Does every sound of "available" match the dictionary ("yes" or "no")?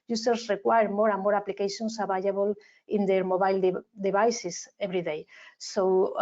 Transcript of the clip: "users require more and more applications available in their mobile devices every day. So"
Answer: no